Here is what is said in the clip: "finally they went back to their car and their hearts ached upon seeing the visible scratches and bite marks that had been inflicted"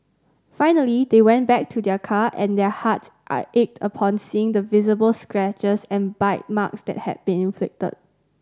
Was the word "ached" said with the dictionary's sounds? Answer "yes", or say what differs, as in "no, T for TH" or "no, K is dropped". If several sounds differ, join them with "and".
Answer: yes